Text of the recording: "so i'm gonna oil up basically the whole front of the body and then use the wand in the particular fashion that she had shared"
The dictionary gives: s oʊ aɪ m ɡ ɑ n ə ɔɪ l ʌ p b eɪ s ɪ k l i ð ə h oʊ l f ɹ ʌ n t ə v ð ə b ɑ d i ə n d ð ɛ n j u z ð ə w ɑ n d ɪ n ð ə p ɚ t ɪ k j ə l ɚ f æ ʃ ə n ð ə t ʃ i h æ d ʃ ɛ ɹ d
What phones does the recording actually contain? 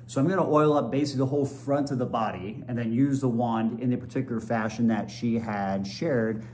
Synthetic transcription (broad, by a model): s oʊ aɪ m ɡ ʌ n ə ɔɪ l ʌ p b eɪ s ɪ k l i ð ə h oʊ l f ɹ ʌ n t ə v ð ə b ɑ d i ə n ð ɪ n j u z ð ə w ɑ n d ɪ n ð ə p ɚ t ɪ k j l ɚ f æ ʃ ə n ð ə t ʃ i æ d ʃ ɛ ɹ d